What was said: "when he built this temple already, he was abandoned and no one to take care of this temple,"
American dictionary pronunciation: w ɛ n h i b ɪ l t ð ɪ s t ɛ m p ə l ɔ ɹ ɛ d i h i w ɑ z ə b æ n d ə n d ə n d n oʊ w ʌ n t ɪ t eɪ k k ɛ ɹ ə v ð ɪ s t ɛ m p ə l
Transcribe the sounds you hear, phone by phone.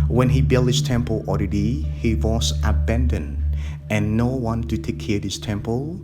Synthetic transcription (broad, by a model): w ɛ n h i b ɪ l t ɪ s t ɛ m p ə l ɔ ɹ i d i h i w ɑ s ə b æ n d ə n ə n n oʊ w ʌ n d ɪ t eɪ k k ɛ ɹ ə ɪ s t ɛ m p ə l